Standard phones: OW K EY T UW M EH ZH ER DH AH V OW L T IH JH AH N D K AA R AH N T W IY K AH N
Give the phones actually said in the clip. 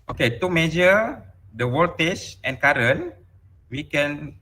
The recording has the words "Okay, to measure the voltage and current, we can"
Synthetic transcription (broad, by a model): OW K EY T UW M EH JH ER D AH W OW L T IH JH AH N K AA R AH N W IY K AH N